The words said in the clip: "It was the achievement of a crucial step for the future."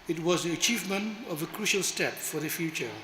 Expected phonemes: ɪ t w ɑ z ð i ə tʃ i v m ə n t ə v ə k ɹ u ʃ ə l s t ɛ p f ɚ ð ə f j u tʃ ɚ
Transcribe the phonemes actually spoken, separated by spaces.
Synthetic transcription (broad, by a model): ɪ t w ɑ z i ə tʃ i v m ə n t ə v ə k ɹ u ʃ ə l s t ɛ p f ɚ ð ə f j u tʃ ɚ